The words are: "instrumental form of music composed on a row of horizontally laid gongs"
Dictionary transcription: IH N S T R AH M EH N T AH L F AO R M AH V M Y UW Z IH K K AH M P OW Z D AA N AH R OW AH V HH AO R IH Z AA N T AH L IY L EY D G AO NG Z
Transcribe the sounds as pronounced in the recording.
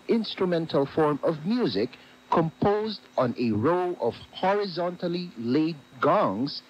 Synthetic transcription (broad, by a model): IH N S T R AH M EH N T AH L F AO R M AH V M Y UW Z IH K K AH M P OW Z D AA N AH R OW AH V HH AO R IH Z AA N T AH L IY L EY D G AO NG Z